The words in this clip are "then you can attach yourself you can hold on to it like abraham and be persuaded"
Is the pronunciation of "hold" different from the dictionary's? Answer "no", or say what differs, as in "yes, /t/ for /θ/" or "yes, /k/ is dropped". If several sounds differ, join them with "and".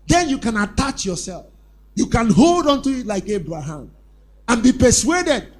no